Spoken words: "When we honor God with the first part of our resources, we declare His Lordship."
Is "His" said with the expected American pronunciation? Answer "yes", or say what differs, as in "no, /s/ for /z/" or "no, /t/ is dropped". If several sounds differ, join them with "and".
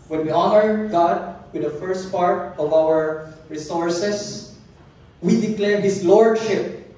no, /s/ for /z/